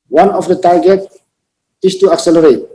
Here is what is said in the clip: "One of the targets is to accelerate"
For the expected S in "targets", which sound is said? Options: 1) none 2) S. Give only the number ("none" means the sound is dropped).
1